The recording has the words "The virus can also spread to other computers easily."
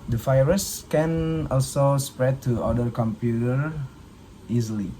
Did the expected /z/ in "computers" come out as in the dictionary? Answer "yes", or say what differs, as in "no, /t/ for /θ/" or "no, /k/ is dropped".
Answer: no, /z/ is dropped